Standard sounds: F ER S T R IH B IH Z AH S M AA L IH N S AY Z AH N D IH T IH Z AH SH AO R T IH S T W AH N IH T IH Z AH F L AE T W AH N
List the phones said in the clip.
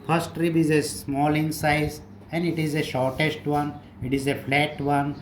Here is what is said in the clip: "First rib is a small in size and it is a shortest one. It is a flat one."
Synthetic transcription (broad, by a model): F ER S T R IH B IH Z AH S M AA L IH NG S AY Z AH N D IH T IH Z AH SH AO R T IH S T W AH N IH T IH Z AH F L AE T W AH N